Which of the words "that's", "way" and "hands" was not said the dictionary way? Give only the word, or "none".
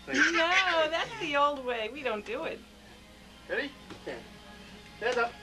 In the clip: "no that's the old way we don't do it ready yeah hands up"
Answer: hands